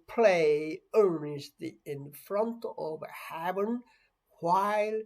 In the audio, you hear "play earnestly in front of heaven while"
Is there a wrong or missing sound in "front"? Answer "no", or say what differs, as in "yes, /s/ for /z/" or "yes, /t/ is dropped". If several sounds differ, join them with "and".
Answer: no